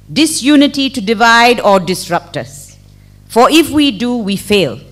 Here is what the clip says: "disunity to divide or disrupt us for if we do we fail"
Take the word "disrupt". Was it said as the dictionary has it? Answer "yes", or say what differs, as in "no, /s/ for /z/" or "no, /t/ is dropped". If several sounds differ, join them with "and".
yes